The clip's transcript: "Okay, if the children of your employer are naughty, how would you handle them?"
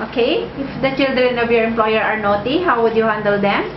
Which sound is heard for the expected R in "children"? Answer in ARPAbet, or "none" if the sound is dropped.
R